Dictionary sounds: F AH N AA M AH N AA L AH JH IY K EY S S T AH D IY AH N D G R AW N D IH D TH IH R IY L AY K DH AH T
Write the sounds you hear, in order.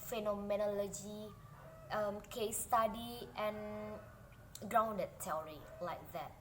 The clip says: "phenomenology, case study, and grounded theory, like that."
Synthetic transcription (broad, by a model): F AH N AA M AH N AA L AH JH IY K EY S S T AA D IY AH N G R AW N D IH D T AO R IY L AY K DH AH T